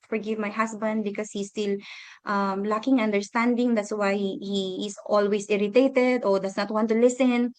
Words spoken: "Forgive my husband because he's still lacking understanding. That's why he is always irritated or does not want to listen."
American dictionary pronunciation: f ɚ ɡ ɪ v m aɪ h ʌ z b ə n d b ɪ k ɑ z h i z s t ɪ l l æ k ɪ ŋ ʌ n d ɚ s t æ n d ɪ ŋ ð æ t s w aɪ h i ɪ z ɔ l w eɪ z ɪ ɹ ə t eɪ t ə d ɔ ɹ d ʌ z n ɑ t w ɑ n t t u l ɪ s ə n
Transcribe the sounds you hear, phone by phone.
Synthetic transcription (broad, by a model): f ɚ ɡ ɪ v m aɪ h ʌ s b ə n d b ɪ k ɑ s h i s t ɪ l l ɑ k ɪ ŋ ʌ n d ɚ s t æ n d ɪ ŋ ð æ t s w aɪ h i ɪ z ɔ l w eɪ s ɪ ɹ ə t eɪ t ə d ɔ ɹ d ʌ s n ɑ t w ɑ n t t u l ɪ s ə n